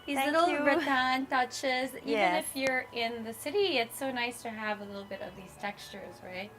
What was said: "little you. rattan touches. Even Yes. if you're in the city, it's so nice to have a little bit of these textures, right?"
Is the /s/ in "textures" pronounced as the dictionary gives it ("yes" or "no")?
yes